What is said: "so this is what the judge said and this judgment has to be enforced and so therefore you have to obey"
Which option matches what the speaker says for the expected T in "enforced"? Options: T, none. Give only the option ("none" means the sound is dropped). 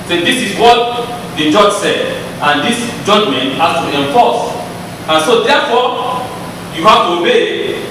none